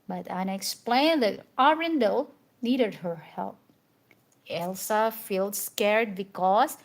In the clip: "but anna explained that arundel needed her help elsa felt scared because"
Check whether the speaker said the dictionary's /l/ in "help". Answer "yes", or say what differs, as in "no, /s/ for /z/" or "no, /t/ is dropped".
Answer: yes